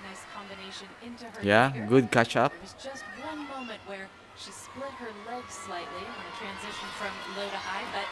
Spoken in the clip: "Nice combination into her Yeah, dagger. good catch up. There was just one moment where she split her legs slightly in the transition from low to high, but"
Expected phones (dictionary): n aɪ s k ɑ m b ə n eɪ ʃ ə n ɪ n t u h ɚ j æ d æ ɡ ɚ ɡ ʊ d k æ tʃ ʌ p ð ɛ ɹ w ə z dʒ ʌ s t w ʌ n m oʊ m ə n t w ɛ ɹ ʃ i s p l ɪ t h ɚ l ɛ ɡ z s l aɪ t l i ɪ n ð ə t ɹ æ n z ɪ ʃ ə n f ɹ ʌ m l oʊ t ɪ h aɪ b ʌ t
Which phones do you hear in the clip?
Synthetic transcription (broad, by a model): n aɪ s k ɑ m b ə n eɪ ʃ ə n ɪ n t u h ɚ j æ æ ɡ ɡ ʊ d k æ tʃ ʌ p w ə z dʒ ʌ s t w ʌ n m oʊ m ə n t w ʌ ɹ ʃ i s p l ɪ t h ɚ l ɛ ɡ z s l aɪ t l i ɪ n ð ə t ɹ æ n z ɪ ʃ ə n f ɹ ʌ m l oʊ t ɪ h aɪ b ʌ t